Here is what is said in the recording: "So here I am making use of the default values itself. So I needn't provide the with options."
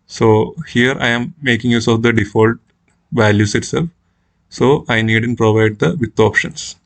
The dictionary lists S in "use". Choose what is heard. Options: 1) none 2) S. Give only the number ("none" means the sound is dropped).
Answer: 2